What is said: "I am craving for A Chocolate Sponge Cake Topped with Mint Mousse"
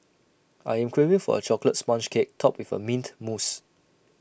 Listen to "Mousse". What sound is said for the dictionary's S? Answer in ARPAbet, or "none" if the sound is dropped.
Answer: S